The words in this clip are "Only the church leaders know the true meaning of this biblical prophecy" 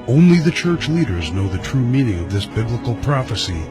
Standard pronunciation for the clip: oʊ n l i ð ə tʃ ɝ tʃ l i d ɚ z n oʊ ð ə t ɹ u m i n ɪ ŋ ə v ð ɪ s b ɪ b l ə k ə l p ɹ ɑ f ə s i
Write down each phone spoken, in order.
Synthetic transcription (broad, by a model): oʊ n l i ð ə tʃ ɝ tʃ l i d ɚ z n oʊ ð ə t ɹ u m i n ɪ ŋ ə v ð ɪ s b ɪ b l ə k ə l p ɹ ɑ f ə s i